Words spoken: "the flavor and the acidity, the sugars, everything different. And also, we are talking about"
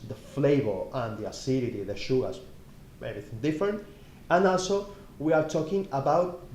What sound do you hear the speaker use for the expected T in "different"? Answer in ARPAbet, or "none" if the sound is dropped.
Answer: T